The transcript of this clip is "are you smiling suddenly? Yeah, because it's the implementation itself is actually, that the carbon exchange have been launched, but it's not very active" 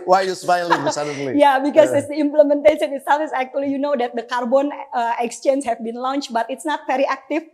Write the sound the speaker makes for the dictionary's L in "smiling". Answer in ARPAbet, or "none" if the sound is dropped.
none